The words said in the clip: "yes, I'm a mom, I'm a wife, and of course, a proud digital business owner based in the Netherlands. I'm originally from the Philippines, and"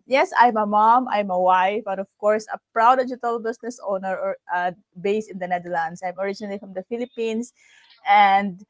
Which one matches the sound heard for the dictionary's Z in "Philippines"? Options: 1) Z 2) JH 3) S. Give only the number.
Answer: 3